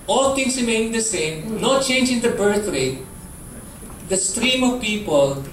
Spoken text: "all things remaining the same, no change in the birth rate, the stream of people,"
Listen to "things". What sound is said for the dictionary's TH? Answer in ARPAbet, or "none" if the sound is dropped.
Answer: T